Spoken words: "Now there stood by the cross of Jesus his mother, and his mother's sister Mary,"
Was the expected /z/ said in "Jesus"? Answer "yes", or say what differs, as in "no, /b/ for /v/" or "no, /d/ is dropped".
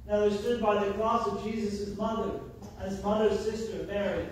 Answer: yes